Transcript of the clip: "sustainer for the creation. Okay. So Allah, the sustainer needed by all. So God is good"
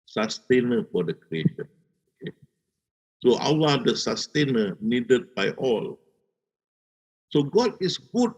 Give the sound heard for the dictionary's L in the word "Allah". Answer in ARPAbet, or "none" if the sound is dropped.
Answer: W